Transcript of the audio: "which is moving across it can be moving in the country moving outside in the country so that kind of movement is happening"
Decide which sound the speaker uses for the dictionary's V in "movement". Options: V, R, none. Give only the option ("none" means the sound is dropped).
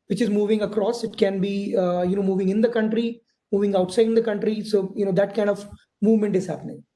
V